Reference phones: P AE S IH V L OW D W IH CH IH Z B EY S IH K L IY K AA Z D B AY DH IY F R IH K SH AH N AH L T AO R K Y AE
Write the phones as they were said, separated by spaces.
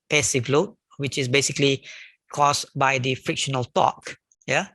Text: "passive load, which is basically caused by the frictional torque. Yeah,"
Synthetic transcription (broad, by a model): P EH S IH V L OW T W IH CH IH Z B EY S IH K L IY K AA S B AY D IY F R IH K SH AH N AH L T AO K Y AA